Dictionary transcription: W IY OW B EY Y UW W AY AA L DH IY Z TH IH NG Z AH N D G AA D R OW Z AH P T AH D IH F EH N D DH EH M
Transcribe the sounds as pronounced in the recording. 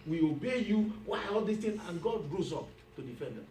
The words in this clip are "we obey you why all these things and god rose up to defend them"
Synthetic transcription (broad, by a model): W IY OW B EY Y UW W AY AA L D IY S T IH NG AH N G AA D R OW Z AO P T AH D IH F EH N D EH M